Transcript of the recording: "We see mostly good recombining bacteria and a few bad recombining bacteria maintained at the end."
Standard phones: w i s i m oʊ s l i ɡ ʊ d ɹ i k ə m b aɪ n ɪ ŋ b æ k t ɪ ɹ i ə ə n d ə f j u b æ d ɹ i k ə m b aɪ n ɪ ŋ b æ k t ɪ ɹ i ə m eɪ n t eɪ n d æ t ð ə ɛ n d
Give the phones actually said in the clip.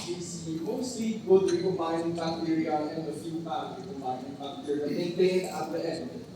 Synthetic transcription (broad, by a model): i s i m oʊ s i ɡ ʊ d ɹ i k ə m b aɪ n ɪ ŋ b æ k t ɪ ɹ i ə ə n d ə f j u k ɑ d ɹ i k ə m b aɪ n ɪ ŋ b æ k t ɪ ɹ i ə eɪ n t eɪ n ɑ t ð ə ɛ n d